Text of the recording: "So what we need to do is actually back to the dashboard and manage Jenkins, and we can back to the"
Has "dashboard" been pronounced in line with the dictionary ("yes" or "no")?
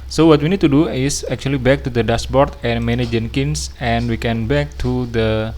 no